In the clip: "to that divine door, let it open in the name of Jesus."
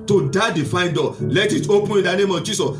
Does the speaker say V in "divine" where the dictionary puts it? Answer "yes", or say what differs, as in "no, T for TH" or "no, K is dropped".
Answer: no, F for V